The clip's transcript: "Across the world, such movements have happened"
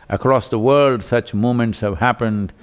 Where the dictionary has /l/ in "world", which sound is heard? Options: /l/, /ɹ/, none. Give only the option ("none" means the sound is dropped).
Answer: /l/